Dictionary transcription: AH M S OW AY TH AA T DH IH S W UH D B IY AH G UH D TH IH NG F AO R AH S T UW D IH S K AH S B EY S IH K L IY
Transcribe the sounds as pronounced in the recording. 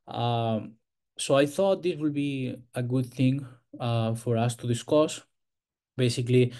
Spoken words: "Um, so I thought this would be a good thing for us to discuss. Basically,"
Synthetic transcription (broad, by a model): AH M S OW AY TH AA T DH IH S W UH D B IY AH G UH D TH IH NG F AO R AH S T UW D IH S K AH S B EY S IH K L IY